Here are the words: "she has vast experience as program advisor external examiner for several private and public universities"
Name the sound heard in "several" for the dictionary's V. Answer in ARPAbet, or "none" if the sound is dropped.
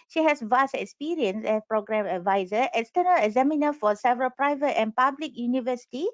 V